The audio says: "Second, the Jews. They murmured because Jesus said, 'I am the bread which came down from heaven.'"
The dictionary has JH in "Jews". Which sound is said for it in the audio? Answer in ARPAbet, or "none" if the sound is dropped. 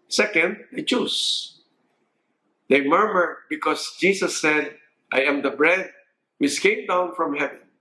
CH